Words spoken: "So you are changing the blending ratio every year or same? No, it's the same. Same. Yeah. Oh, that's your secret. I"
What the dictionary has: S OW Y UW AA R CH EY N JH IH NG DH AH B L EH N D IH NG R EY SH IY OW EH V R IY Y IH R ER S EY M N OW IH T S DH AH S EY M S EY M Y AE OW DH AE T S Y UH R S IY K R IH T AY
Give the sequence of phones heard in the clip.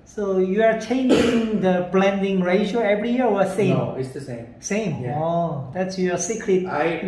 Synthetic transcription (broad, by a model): S OW Y UW AA R CH EY N JH IH NG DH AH B L EH N D IH NG R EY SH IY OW EH V R IY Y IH W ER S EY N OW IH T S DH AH S EY M S EY M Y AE OW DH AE T S Y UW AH S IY K L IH AY